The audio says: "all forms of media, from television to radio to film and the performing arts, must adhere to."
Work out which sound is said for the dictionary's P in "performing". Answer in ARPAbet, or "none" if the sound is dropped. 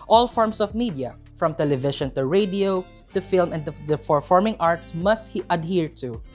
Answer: F